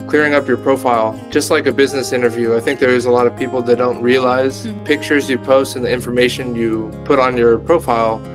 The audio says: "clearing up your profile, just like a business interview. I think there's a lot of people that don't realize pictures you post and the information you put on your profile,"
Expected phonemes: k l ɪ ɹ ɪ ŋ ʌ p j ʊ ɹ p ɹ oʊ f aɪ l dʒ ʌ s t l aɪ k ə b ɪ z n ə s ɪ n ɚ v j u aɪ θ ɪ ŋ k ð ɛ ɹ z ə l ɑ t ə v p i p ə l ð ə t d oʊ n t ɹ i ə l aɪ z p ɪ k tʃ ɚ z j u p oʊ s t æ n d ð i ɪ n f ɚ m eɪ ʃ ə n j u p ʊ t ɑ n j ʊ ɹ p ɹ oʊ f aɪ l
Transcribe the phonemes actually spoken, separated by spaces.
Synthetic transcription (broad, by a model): k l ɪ ɹ ɪ ŋ ʌ p j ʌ ɹ p ɹ oʊ f aɪ l dʒ ʌ s t l aɪ k ə b ɪ z n ə s ɪ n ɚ v j u aɪ θ ɪ ŋ k ð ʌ ɹ z ə l ɑ t ə v p i p l ð ə t d oʊ n t ɹ i ə l aɪ z p ɪ k tʃ ɚ z j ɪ p oʊ s t n ð i ɪ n f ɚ m eɪ ʃ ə n j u p ʊ t n j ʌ ɹ p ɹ oʊ f aɪ l